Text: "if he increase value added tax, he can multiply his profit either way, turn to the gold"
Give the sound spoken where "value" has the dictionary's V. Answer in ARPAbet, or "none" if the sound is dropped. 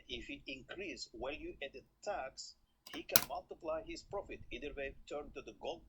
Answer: W